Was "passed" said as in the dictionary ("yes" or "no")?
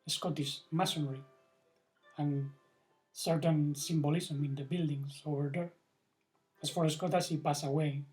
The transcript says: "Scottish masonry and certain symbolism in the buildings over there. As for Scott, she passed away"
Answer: no